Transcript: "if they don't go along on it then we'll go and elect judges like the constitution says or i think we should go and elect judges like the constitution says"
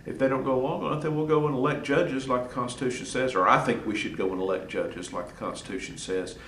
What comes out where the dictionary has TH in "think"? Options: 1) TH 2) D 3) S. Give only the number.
1